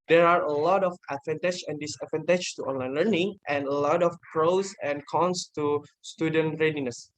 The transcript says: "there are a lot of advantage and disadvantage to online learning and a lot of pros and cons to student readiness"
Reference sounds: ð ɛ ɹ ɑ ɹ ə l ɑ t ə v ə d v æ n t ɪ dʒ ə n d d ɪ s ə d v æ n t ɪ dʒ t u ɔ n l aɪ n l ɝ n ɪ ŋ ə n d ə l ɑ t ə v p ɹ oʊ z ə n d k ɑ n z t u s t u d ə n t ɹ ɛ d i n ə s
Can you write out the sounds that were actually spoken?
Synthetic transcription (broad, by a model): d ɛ ɹ ɑ ɹ ə l ɑ t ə f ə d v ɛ n t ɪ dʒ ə n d d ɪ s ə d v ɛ n t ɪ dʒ t u ɔ n l aɪ n l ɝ n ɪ ŋ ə n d ə l ɑ t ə f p ɹ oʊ s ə n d k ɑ n s t u s t u d ə n t ɹ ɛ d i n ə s